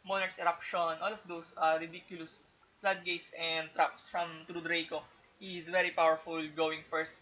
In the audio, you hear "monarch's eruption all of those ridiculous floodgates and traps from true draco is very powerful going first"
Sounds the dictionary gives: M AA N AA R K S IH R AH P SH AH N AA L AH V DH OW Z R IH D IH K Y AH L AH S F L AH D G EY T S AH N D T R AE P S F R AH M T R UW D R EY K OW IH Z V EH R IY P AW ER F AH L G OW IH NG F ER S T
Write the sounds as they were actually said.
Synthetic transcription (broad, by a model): M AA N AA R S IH R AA P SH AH N AA L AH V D OW S R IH D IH K Y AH L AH S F L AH D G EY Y S AH N D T R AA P S F R AH M T R UW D R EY K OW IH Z V EH R IY P AW ER F AH L G OW IH NG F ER S T